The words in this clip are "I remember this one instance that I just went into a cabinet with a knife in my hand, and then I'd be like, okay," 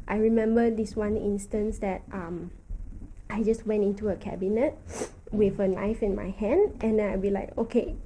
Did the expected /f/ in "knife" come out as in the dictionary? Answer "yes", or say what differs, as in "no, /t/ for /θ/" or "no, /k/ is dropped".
yes